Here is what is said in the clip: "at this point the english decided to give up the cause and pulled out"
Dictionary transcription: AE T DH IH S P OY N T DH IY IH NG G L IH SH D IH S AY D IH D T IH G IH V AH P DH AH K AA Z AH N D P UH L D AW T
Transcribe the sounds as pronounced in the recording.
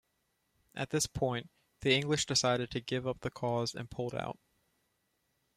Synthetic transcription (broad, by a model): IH T DH IH S P OY N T DH IY IH NG G L IH SH D IH S AY D IH D T IH G IH V AH P DH AH K AA Z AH N P UH L D AW T